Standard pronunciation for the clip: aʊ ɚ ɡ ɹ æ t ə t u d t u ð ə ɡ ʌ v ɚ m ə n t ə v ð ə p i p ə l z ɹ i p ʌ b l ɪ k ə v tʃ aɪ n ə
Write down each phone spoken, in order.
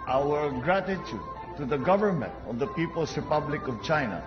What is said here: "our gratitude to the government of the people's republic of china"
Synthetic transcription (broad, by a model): aʊ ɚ ɡ ɹ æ t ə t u d t u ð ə ɡ ʌ v ɚ m ə n t ə v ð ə p i p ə l s ɹ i p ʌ b l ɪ k ə v tʃ aɪ n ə